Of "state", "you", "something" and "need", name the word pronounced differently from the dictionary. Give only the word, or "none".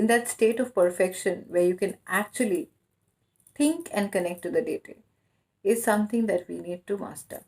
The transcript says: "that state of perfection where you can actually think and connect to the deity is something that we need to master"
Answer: something